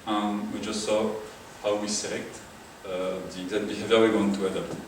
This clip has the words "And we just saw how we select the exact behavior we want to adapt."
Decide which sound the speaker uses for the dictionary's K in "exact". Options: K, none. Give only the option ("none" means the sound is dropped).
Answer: none